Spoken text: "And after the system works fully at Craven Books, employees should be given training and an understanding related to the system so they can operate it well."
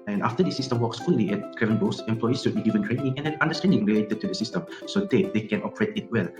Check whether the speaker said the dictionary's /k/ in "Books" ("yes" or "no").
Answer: no